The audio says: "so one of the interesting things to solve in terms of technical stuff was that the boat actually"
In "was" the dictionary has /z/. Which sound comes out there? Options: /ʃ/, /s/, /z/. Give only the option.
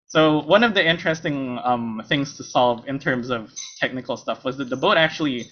/z/